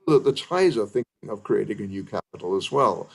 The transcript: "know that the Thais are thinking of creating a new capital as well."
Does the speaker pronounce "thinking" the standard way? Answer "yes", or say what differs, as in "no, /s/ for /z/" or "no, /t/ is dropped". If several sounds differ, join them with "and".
yes